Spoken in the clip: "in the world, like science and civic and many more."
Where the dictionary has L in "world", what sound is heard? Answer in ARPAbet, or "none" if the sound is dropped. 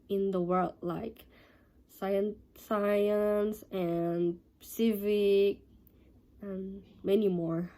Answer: L